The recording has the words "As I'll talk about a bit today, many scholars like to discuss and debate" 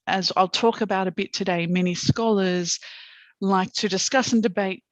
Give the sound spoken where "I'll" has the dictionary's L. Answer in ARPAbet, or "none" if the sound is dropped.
L